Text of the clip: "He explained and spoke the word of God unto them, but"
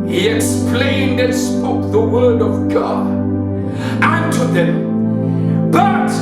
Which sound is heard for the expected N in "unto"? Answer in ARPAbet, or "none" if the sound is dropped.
N